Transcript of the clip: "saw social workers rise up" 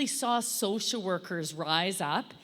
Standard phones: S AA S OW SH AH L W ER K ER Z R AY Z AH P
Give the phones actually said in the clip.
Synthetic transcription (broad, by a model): S AA S OW SH L W ER K ER Z R AY Z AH P